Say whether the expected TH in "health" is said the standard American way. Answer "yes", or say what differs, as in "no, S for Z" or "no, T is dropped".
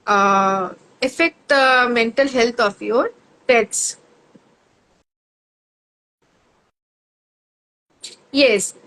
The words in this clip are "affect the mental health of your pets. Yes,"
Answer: no, T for TH